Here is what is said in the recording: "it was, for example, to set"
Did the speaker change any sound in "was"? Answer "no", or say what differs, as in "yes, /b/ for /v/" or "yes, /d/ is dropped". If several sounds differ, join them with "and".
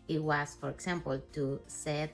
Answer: yes, /s/ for /z/